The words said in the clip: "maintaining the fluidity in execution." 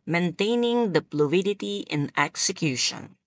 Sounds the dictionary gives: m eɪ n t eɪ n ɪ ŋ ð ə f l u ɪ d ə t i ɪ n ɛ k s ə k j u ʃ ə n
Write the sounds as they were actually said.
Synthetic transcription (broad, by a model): m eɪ n t eɪ n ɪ ŋ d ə p l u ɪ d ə t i ɪ n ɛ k s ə k j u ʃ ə n